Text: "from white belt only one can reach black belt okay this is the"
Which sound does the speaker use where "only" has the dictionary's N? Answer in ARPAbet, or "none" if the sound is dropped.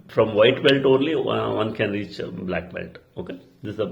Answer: N